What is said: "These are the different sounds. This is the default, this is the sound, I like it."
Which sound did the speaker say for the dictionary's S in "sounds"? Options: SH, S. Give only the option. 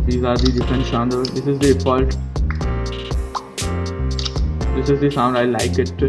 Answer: SH